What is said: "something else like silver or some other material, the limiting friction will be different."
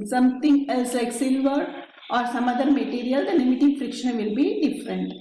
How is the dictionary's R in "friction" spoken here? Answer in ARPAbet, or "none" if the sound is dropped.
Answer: R